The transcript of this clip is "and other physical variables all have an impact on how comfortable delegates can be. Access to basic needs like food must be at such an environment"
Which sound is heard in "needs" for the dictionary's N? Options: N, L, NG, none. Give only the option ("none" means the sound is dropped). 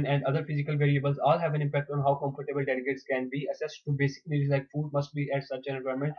L